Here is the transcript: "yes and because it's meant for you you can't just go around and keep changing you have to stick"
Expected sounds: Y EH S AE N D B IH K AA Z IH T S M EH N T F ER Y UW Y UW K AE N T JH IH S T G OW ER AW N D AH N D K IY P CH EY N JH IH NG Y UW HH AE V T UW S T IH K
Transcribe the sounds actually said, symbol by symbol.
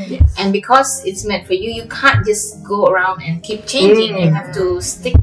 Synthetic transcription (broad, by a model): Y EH N B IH K AA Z IH T S M EH N T F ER Y UW Y UW K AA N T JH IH S G OW ER AW N D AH N K IY P CH EY N JH IH NG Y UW HH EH F T UW S T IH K